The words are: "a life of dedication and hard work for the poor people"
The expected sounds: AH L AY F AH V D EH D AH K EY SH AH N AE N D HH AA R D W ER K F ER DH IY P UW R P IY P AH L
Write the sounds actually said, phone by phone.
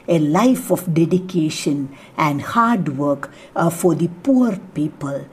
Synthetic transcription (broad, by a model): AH L AY F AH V D EH D AH K EY SH AH N AE N D HH AA R D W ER K F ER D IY P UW R P IY P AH L